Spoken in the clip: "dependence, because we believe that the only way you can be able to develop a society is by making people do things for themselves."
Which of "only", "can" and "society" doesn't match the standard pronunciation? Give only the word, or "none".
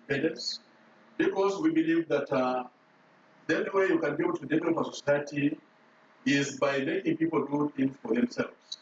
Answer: only